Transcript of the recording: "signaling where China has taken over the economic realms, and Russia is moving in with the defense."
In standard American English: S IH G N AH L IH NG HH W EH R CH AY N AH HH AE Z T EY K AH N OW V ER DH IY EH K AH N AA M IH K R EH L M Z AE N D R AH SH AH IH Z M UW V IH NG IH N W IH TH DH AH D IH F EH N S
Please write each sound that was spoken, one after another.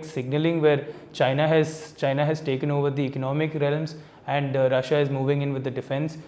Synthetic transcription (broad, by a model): S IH G N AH L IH NG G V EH R CH AY N AH HH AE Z T EY K AH N OW V ER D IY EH K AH N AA M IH K R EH L M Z AE N D R AH SH AH IH Z M UW V IH NG IH N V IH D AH D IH F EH N S